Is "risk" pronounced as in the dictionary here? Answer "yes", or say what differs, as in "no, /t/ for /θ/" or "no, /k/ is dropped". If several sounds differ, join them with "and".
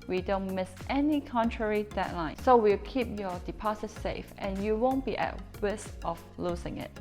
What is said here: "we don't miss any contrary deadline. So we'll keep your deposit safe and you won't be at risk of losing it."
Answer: no, /w/ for /ɹ/